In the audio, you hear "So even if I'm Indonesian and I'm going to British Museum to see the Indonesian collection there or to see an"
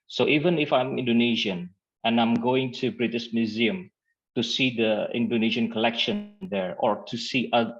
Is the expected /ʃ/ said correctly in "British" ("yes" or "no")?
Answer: no